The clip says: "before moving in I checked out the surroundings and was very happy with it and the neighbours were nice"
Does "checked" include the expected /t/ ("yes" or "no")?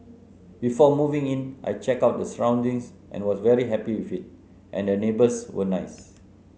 no